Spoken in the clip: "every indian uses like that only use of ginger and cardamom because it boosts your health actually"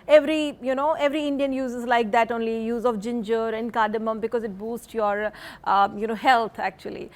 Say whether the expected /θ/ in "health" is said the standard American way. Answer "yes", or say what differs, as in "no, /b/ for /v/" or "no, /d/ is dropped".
no, /t/ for /θ/